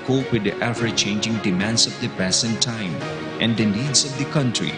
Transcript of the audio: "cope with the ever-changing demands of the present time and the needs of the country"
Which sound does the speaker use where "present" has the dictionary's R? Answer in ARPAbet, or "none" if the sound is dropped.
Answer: none